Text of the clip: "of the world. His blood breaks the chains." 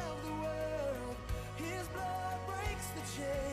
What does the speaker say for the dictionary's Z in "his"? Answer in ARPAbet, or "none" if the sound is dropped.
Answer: Z